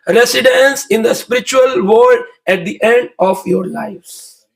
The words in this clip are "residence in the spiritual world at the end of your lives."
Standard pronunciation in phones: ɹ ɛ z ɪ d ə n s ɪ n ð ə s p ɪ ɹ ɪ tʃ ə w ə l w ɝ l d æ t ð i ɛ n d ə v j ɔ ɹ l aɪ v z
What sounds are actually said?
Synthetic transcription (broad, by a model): ɹ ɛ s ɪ d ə n s ɪ n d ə s p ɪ ɹ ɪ tʃ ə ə l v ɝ d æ t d i ɛ n d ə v j ɔ ɹ l aɪ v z